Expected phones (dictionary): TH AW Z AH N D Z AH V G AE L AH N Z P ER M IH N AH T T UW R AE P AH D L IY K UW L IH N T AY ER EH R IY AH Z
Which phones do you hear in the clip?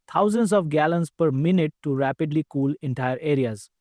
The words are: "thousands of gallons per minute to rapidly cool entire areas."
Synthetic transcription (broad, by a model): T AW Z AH N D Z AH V G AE L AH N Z P ER M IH N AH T T UW R AE P AH D L IY K UW L IH N T AY ER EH R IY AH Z